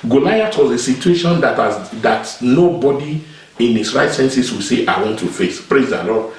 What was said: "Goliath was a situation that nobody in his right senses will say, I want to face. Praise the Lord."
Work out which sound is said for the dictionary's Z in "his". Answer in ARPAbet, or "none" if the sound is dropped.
S